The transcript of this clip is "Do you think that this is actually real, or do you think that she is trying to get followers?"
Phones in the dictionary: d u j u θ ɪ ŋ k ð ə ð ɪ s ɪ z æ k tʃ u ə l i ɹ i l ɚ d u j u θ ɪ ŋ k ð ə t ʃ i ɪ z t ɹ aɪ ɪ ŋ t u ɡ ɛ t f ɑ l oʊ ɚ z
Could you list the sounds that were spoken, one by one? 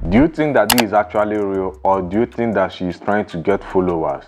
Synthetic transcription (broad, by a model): d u j u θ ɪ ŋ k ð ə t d ɪ z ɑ k tʃ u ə l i ɹ i l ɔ d u j u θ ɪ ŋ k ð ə t ʃ i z t ɹ aɪ ɪ ŋ t u ɡ ɛ t f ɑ l oʊ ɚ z